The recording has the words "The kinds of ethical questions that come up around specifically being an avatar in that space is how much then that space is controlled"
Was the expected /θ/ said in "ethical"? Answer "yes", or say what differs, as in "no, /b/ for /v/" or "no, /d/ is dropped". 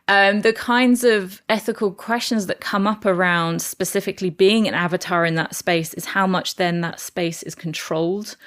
yes